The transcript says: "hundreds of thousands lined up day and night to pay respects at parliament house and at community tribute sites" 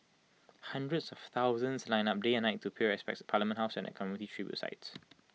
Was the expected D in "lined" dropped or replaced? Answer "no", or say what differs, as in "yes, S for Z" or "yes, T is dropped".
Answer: yes, D is dropped